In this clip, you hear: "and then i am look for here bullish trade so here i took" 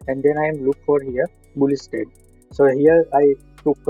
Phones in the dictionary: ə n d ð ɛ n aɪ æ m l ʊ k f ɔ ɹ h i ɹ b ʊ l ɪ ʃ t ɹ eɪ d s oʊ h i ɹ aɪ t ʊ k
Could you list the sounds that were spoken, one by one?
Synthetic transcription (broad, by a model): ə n d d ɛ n aɪ m l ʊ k f ɔ ɹ h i ɹ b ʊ l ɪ s t eɪ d s oʊ h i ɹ aɪ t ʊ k